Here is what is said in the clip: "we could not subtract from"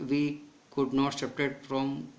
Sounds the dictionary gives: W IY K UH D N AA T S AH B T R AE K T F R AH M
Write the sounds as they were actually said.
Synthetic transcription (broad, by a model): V IY K UH D N AA T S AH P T EH T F R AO M